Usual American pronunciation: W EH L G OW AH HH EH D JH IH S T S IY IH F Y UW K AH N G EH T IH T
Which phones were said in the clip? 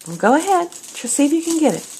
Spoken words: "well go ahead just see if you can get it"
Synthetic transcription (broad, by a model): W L G OW AH HH EH D CH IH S S IY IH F Y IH K AH N G EH T IH T